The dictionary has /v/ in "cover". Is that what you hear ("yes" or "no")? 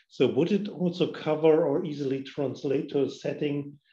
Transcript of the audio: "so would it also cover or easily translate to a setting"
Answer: yes